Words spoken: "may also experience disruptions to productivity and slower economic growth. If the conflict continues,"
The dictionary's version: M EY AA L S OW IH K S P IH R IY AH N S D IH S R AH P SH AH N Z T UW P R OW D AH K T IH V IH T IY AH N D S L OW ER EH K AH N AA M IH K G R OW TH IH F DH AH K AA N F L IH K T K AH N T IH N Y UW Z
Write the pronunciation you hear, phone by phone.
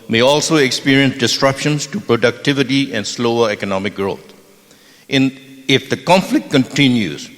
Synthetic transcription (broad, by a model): M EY AA L S OW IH K S P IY R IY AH N S D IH S R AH P SH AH N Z T UW P R OW D AH K T IH V IH T IY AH N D S L OW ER EH K AH N AA M IH K G R OW T IH F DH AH K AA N F L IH K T K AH N T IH N Y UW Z